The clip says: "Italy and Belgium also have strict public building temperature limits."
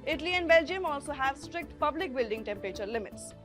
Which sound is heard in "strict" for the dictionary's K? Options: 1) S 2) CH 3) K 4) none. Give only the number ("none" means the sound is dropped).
3